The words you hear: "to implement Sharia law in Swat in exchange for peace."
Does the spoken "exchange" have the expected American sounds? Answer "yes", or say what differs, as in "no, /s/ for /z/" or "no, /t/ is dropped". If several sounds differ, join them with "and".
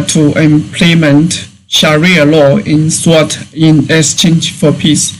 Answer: no, /k/ is dropped